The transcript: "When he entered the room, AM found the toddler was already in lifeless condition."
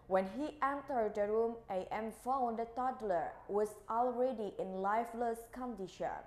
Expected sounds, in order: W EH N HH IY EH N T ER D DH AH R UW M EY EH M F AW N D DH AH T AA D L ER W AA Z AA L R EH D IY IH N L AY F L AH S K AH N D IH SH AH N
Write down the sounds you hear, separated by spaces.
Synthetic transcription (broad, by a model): W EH N HH IY EH N T ER D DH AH R UW M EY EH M F AW N D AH T AA D L ER W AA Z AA L R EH D IY IH N L AY F L AH S K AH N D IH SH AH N